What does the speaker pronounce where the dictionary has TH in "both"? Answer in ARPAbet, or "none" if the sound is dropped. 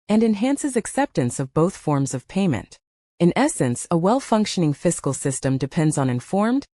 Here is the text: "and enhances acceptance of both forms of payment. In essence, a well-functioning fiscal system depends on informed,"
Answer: TH